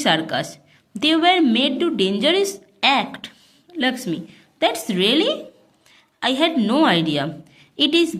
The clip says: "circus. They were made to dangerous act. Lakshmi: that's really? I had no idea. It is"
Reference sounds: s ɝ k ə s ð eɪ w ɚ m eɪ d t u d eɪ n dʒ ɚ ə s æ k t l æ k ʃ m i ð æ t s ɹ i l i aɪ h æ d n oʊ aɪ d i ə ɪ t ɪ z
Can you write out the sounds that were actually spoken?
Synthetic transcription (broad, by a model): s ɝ k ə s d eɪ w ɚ m eɪ d t u d eɪ n dʒ ɚ ə s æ k t l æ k s m i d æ t s ɹ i l i aɪ h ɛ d n oʊ aɪ d i ə ɪ t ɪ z